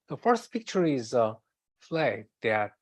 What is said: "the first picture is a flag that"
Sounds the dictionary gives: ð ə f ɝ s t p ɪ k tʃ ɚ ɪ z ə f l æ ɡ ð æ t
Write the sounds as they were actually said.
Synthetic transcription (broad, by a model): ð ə f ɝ s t p ɪ k tʃ ɚ ɪ z ə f l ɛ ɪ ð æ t